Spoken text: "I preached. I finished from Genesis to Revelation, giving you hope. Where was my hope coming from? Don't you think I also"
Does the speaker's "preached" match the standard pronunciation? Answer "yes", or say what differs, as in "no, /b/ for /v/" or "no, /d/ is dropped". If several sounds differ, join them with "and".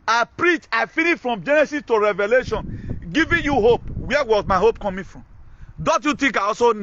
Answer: no, /t/ is dropped